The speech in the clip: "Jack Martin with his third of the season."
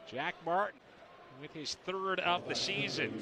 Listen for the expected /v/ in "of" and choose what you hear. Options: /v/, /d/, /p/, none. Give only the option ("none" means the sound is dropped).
/p/